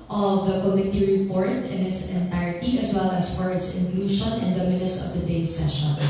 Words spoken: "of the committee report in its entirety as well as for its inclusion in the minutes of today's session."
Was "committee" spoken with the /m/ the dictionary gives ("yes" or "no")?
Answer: yes